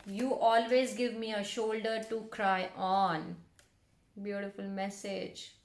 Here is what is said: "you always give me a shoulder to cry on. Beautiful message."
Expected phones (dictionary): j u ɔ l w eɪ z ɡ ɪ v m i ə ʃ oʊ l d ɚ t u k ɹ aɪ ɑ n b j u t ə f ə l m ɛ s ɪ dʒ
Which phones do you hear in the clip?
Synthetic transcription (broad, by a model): j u ɔ l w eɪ z ɡ ɪ v m i ə ʃ oʊ l d ɚ t u k ɹ aɪ ɑ n b j u t ə f ə l m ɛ s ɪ dʒ